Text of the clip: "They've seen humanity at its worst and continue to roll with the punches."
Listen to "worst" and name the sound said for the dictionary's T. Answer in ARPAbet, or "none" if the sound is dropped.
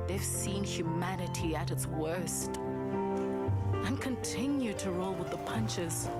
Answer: T